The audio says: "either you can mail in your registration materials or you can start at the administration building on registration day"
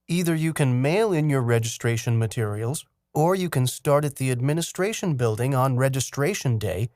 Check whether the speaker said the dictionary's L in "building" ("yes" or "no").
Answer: yes